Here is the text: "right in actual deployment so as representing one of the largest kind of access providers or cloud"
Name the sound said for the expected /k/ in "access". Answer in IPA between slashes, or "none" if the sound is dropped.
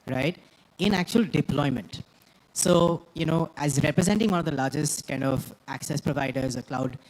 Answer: /k/